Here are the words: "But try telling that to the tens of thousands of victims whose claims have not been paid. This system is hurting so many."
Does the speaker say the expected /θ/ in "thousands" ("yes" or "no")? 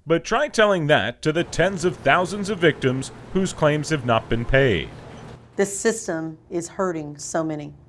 yes